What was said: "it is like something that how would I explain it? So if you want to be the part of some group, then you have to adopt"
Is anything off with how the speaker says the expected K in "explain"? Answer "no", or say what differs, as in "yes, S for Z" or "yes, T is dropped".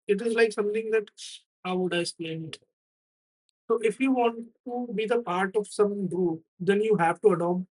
yes, K is dropped